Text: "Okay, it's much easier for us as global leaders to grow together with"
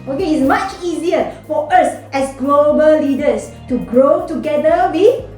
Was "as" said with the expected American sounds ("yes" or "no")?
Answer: no